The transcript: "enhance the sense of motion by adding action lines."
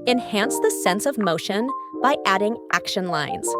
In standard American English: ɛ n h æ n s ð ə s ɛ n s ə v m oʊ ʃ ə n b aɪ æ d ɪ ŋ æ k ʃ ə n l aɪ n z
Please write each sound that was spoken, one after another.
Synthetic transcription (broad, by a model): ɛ n h æ n s ð ə s ɛ n s ə v m oʊ ʃ ə n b aɪ æ d ɪ ŋ æ k ʃ ə n l aɪ n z